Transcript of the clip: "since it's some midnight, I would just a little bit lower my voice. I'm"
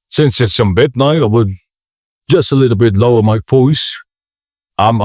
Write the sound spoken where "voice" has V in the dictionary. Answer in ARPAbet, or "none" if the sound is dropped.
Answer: F